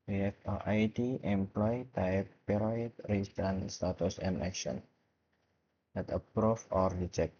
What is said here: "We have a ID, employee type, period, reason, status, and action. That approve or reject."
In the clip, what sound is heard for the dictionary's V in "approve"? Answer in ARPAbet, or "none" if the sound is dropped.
F